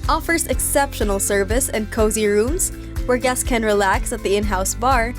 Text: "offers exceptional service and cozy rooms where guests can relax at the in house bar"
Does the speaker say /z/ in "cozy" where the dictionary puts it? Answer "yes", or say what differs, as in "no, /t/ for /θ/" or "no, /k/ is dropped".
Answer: yes